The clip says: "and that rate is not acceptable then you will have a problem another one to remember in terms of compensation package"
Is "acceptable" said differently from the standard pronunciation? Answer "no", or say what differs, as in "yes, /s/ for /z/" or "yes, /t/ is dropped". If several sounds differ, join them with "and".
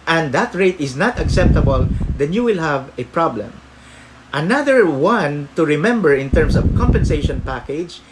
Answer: no